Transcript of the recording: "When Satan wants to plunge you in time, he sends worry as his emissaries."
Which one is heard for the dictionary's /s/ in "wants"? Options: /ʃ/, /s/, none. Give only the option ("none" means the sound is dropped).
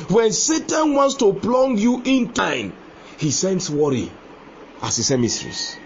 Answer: /s/